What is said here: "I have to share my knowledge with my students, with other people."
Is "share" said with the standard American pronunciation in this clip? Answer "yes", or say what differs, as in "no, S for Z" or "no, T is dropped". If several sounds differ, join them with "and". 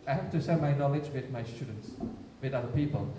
no, S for SH